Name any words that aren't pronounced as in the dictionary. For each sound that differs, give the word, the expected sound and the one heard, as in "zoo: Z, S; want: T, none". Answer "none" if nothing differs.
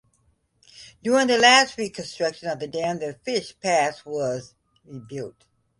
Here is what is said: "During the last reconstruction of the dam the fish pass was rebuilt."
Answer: none